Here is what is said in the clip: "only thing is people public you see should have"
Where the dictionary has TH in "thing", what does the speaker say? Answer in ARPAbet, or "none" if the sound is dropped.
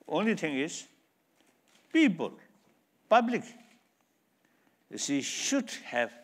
T